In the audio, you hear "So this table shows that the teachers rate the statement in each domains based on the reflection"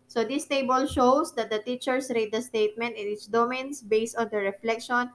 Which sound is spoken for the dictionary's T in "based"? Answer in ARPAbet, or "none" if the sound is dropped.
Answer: T